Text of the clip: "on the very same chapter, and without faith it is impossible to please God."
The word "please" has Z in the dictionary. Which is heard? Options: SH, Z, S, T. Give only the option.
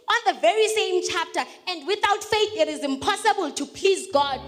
Z